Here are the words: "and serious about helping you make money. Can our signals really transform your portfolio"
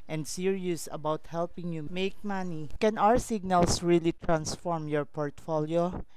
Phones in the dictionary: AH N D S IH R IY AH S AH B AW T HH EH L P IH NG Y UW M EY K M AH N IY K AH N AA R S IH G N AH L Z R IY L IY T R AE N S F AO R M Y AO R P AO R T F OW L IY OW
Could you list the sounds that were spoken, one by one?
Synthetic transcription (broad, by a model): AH N D S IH R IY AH S AH B AW T HH EH L P IH NG Y UW M EY K M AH N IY K AH N AA R S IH G N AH L S R IY L IY T R AE N S F AO R M Y AO R P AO R T F OW L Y OW